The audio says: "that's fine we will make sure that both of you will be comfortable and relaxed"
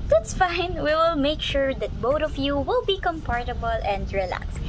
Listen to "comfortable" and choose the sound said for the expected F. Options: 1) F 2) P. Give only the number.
2